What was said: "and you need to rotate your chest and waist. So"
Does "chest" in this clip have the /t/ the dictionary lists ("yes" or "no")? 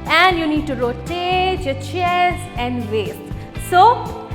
no